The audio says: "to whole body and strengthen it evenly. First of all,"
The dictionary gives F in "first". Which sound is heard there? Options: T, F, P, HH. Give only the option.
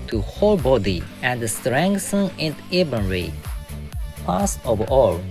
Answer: P